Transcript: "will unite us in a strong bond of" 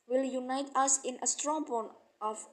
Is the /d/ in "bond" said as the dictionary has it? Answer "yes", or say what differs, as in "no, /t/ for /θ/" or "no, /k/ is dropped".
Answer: no, /d/ is dropped